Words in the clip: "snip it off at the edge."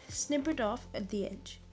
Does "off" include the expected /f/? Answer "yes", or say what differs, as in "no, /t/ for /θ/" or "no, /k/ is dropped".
yes